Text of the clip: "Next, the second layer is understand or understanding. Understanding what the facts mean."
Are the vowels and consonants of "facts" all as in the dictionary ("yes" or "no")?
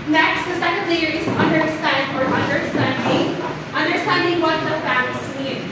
no